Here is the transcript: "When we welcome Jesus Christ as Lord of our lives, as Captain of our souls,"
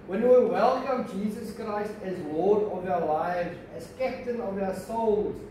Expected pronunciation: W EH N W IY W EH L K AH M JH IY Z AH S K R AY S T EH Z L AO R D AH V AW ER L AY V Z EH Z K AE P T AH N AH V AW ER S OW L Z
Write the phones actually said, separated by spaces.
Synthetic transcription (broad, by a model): W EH N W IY W EH L K AH M JH IY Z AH S K R AY S T EH Z W AO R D AH V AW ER L AY V Z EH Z K AE P T AH N AH V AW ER S OW L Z